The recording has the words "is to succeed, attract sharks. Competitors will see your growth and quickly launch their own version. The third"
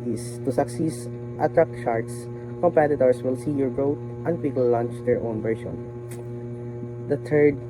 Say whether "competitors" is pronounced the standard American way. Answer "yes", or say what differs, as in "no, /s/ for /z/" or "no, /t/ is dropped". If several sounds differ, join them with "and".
no, /s/ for /z/